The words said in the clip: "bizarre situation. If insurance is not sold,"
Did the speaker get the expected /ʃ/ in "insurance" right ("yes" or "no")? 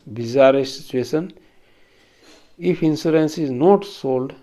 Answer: no